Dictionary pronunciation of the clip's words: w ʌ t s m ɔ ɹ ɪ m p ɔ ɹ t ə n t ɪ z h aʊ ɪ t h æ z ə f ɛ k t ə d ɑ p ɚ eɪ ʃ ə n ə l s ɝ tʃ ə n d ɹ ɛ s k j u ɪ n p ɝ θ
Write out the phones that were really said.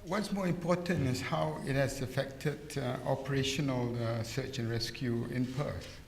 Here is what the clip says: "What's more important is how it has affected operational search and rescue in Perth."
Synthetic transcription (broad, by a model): w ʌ t s m ɔ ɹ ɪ m p ɔ t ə n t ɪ s h aʊ ɪ t h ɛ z ə f ɛ k t ə d ɑ p ɚ eɪ ʃ ə n ə l s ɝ tʃ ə n ɹ ɛ s k j u ɪ n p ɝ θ